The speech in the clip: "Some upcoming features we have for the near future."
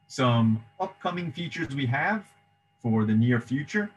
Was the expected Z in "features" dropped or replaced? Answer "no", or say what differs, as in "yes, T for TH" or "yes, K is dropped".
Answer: no